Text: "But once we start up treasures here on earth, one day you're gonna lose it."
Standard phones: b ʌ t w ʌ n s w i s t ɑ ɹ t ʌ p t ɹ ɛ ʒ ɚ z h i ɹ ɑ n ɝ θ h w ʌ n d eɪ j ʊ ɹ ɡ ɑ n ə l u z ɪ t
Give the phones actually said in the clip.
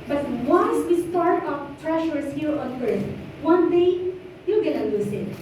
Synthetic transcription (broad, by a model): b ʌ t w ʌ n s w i s t ɑ ɹ t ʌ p t ɹ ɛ ʃ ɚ s h i ɹ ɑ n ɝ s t w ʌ n d eɪ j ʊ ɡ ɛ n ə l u s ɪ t